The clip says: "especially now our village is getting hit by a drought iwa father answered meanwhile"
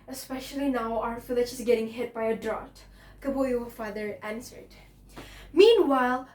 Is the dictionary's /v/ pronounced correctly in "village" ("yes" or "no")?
no